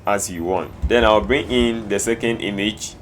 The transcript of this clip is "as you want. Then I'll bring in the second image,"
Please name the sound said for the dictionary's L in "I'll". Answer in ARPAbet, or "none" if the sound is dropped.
W